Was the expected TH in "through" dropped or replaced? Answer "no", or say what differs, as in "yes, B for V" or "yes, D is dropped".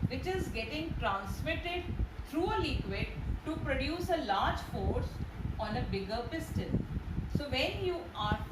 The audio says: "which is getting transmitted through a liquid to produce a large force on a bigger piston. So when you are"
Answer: yes, T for TH